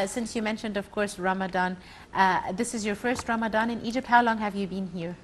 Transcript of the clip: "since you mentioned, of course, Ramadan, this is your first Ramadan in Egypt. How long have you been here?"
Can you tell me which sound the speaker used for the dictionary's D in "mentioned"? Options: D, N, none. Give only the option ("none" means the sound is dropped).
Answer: D